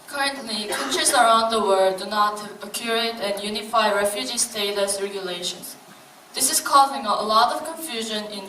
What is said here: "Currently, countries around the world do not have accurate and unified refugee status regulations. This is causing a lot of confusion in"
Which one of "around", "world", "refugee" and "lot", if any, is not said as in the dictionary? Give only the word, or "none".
world